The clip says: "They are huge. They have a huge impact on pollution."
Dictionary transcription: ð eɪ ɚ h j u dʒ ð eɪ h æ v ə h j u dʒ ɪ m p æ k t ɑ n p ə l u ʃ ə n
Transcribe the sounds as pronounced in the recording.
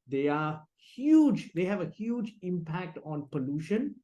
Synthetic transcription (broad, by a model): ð eɪ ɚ h j u dʒ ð eɪ h æ v ə h j u dʒ ɪ m p æ k t ɑ n p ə l u ʃ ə n